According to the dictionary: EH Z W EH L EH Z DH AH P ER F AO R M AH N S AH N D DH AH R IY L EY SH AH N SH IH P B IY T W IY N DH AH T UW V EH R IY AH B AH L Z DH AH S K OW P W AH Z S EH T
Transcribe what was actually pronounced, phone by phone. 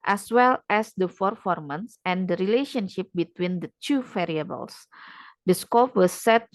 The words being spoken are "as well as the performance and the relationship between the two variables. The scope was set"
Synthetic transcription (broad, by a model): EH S W EH L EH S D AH F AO F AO R M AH N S AH N D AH R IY L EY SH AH N SH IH P B IY T W IY N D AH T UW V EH R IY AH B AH L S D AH S K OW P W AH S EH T